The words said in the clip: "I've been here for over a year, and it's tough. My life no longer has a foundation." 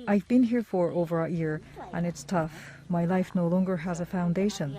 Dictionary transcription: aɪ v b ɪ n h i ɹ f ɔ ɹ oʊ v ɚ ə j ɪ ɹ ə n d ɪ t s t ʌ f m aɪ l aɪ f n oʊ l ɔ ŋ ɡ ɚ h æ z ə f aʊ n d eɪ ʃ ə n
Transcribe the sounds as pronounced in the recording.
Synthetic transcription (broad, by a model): aɪ v b ɪ n h i ɹ f ɔ ɹ oʊ v ɚ ə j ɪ ɹ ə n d ɪ t s t ʌ f m aɪ l aɪ f n oʊ l ɔ ŋ ɡ ɚ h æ z ə f aʊ n d eɪ ʃ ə n